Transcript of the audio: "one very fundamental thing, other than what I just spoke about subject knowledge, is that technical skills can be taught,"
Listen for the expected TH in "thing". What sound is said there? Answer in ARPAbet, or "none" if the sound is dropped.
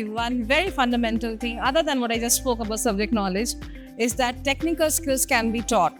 T